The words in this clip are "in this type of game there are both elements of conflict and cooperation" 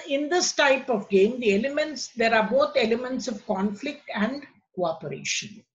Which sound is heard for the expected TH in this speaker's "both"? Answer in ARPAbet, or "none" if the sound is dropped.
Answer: T